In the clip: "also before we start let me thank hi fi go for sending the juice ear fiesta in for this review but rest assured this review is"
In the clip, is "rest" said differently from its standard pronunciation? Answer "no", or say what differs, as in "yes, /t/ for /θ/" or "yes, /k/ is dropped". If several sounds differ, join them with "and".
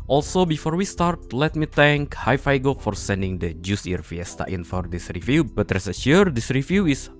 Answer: yes, /t/ is dropped